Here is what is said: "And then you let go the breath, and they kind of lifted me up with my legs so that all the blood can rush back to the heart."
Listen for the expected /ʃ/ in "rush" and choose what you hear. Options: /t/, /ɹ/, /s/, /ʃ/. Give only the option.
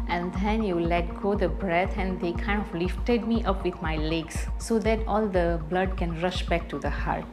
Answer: /ʃ/